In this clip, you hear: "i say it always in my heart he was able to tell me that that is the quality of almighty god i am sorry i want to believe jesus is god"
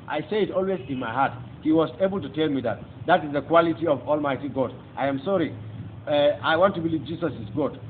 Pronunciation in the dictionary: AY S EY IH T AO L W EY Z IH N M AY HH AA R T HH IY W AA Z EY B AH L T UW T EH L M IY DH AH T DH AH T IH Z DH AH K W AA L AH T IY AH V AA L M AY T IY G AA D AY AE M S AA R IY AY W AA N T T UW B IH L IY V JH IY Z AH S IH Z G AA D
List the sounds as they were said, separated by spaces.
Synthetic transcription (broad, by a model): AY S EY IH T AO L W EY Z IH N M AY HH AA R T HH IY W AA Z EY B AH L T UW T EH L M IY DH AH T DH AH T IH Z DH AH K W AA L AH T IY AH V AA L M AY T IY G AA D AY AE M S AA R IY AY W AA N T T UW B IH L IY V JH IY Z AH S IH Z G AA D